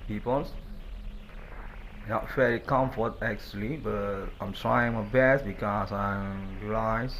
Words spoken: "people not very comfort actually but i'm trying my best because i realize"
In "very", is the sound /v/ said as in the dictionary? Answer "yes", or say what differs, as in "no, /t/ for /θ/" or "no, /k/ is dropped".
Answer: no, /f/ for /v/